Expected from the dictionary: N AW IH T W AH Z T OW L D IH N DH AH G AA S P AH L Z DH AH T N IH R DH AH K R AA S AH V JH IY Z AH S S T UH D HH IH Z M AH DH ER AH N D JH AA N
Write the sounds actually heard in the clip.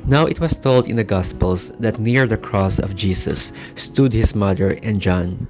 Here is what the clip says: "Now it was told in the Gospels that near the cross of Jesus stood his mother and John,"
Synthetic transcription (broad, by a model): N AW IH T W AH S T OW L D IH N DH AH G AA S P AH L S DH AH T N IH R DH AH K R AA S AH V JH IY S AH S S T UH D HH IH S M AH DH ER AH N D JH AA N